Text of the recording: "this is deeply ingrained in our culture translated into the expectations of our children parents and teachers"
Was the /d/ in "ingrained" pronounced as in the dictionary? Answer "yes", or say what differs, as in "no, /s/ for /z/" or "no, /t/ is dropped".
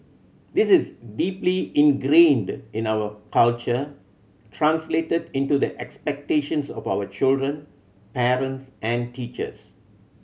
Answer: yes